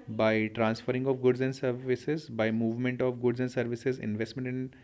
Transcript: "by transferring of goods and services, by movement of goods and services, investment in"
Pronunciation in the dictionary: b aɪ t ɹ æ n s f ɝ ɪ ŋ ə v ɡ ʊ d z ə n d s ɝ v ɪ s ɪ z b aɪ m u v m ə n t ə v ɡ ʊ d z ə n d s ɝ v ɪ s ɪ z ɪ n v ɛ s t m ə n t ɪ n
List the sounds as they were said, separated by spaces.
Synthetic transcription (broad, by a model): b aɪ t ɹ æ n s f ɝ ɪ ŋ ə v ɡ ʊ d z ə n d s ɝ v ɪ s ɪ z b aɪ m u v m ə n t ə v ɡ ʊ d z ə n d s ɝ v ɪ s ɪ z ɪ n v ɛ s t m ə n t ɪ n